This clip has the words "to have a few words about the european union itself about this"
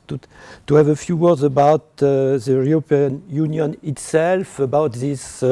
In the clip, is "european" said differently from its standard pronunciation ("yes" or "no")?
yes